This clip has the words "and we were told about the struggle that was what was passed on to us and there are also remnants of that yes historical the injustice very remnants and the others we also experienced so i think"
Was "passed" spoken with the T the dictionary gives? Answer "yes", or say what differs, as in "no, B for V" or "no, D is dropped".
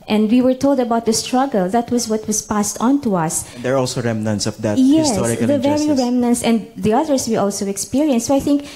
yes